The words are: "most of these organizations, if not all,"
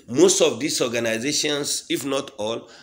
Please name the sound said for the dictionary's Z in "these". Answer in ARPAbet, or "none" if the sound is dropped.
S